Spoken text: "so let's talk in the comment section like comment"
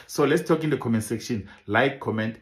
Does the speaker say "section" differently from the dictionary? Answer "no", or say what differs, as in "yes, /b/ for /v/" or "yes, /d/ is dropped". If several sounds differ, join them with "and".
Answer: no